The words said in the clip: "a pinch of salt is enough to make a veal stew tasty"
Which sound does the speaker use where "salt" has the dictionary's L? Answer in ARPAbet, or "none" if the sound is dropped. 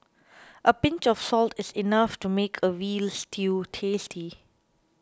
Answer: L